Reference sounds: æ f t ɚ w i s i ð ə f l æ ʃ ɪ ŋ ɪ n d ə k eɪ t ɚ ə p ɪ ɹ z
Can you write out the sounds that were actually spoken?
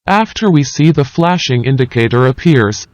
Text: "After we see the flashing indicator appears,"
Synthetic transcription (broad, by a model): æ f t ɚ w i s i ð ə f l æ ʃ ɪ ŋ ɪ n d ə k eɪ t ɚ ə p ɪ ɹ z